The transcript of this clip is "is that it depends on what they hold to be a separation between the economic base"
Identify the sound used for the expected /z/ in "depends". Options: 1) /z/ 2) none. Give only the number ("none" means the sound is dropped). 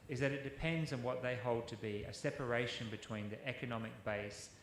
1